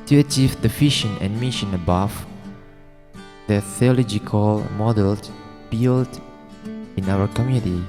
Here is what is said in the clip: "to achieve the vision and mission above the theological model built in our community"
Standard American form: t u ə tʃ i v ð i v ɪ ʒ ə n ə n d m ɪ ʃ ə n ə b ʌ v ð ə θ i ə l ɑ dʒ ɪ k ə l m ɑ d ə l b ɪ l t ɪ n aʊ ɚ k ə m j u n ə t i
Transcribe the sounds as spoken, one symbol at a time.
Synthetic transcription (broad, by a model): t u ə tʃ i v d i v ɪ ʃ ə n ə n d m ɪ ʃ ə n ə b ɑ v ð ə θ i ə l ɑ dʒ ɪ k ə l m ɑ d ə l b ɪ l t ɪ n aʊ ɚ k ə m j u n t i